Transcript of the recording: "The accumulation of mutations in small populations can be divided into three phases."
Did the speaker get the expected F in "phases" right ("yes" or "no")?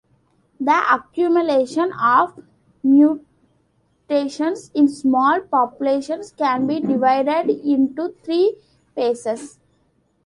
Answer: no